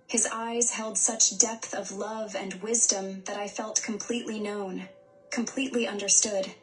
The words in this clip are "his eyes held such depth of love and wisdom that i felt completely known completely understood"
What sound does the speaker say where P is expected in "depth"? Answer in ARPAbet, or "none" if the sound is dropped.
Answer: P